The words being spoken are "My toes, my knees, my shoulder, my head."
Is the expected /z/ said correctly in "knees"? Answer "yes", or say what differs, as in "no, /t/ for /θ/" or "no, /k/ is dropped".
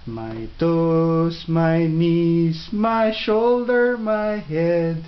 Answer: no, /s/ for /z/